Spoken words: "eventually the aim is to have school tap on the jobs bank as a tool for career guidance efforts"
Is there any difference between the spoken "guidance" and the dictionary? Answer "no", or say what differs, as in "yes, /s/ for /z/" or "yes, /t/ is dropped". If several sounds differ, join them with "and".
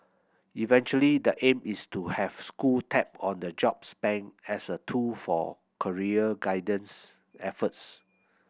no